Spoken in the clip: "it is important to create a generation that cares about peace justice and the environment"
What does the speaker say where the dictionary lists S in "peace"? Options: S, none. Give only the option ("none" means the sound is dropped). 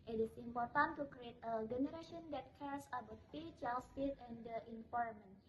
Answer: none